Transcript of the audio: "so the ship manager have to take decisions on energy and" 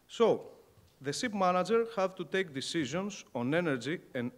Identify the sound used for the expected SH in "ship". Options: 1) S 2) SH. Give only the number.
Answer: 1